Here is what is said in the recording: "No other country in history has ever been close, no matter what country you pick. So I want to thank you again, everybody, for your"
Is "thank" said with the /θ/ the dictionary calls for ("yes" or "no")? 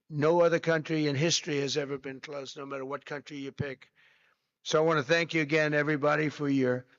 yes